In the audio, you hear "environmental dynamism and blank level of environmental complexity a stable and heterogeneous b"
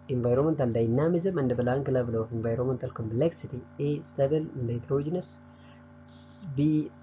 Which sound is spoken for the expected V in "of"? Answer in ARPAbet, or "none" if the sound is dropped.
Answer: F